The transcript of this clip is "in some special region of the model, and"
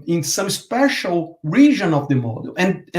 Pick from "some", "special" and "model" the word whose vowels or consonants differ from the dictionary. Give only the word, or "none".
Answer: none